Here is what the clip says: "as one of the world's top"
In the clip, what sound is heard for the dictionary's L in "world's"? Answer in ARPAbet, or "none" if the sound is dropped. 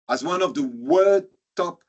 none